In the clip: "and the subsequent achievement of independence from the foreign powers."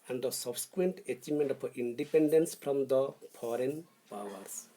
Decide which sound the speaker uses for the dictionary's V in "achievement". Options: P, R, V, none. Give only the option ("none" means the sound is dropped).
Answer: none